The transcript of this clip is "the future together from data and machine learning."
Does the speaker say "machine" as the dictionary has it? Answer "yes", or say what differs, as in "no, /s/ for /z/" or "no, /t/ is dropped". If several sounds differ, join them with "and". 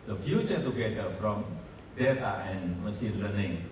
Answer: no, /s/ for /ʃ/